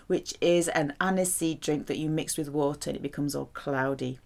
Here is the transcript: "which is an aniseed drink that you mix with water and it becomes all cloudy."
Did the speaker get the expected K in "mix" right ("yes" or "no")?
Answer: yes